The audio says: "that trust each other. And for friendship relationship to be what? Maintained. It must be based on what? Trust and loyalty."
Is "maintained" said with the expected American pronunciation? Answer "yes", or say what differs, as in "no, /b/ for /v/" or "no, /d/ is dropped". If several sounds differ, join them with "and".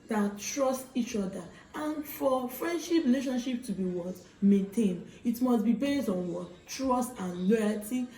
no, /d/ is dropped